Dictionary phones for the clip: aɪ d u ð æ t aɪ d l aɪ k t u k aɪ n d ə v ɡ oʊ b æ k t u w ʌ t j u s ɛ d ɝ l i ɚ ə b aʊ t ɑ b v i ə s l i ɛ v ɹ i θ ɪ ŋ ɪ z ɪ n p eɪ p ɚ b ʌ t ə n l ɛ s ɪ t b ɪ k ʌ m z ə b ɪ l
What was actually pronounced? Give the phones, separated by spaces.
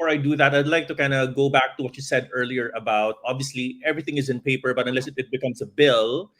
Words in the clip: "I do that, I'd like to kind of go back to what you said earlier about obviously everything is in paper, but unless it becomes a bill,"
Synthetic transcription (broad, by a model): aɪ d u ð æ t aɪ d l aɪ k t u k aɪ n d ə ɡ oʊ b æ k t u w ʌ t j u s ɛ d ɝ l i ɚ ə b aʊ t ɑ b v i ə s l i ɛ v ɹ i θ ɪ ŋ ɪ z ɪ n p eɪ p ɚ b ʌ t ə n l ɛ s ɪ t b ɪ k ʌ m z ə b ɪ l